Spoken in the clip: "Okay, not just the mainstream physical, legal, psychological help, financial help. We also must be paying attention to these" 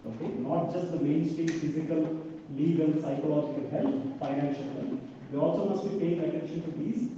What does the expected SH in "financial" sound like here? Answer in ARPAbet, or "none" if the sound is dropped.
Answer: SH